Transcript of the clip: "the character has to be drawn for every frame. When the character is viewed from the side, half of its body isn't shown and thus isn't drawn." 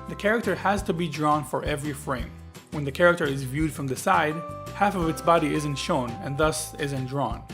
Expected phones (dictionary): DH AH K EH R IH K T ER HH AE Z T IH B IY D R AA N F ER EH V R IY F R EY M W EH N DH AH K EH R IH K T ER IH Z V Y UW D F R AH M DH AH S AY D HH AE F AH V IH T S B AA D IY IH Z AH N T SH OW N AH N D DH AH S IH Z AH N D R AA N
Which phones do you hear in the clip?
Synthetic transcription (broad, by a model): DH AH K EH R IH K T ER HH AE Z T IH B IY D R AA N F ER EH V R IY F R EY M W EH N DH AH K EH R IH K T ER IH Z V Y UW D F R AH M DH AH S AY D HH AE F AH V IH T S B AA D IY IH Z AH N T SH OW N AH N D DH AH S IH Z AH N D R AA N